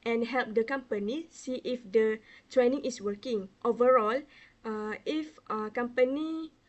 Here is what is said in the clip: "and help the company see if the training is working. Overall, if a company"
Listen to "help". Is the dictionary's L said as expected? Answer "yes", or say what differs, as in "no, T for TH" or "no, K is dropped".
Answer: yes